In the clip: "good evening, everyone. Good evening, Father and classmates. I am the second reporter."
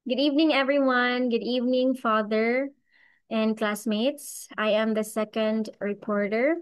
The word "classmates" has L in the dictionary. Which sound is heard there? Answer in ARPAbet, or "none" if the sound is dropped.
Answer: L